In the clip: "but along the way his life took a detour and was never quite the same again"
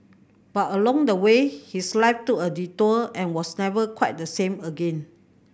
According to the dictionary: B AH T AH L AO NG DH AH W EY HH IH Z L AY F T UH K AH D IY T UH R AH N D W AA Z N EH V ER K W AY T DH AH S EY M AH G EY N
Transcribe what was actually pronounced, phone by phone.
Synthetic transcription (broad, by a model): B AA T AH L AO NG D AH W EY HH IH S L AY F T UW AH D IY T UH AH N W AA S N EH V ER K W AY T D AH S EY M AH G EY N